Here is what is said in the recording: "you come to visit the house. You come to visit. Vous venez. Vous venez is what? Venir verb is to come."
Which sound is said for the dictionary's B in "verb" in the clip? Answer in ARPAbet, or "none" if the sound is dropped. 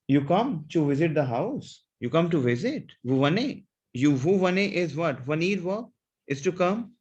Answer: none